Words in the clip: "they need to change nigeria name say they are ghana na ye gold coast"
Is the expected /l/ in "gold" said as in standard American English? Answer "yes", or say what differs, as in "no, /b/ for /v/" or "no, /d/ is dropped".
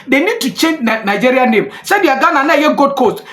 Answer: no, /l/ is dropped